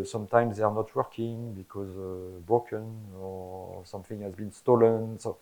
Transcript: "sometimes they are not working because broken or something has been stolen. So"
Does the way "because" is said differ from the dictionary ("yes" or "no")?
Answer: no